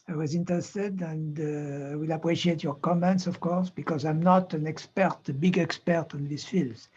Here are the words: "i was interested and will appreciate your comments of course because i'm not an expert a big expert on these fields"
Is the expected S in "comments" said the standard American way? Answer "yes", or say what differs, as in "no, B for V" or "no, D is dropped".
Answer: yes